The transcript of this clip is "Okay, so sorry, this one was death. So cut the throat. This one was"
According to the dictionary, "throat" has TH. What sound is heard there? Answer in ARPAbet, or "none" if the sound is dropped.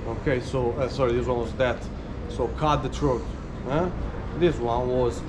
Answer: T